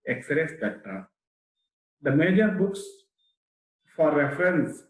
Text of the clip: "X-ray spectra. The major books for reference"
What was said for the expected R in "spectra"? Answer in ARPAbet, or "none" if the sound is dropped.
none